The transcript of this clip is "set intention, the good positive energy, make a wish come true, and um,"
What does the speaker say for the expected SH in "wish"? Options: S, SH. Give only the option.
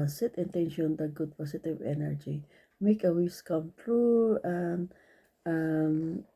S